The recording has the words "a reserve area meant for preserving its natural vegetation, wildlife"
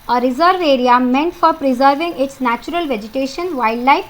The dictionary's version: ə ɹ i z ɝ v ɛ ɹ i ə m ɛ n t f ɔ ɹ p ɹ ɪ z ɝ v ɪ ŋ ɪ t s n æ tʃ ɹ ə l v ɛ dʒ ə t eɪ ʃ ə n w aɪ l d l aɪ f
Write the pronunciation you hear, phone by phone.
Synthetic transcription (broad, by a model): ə ɹ i z ɝ v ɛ ɹ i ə m ɛ n t f ɔ ɹ p ɹ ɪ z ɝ v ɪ ŋ ɪ t s n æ tʃ ɹ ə l v ɛ dʒ ə t eɪ ʃ ə n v aɪ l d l aɪ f